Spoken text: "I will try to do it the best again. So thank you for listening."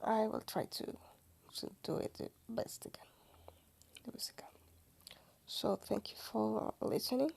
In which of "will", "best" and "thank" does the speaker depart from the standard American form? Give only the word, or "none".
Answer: none